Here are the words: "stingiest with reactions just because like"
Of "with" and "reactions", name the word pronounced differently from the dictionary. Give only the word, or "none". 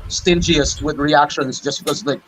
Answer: none